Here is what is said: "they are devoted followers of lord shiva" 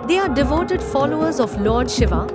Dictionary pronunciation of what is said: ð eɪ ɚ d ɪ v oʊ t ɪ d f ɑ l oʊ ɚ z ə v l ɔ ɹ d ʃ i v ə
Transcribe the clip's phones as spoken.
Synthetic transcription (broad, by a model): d eɪ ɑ d ɪ v oʊ t ɪ d f ɑ l oʊ ɚ z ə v l ɔ ɹ d ʃ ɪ v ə